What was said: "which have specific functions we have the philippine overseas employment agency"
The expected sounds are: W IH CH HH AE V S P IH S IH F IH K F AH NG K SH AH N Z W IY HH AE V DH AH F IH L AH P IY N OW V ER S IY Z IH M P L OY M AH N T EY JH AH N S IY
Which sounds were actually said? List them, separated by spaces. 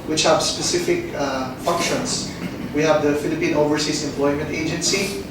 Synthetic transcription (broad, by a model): W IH CH HH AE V S P IH S IH F IH K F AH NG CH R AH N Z W IY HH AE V DH AH F IH L AH P IY N OW V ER S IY S IH M P L OY M AH N T EY JH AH N S IY